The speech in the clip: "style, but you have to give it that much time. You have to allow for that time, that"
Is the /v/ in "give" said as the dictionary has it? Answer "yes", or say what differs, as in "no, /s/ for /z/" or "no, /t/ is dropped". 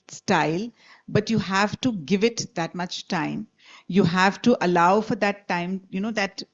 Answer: yes